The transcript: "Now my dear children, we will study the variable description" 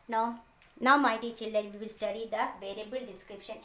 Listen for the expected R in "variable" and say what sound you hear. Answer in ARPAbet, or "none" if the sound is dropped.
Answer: R